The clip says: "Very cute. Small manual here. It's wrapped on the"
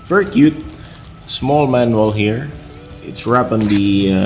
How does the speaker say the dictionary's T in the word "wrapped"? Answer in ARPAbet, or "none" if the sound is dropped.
none